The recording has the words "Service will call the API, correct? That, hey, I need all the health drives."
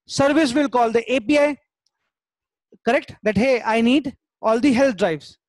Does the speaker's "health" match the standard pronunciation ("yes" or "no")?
no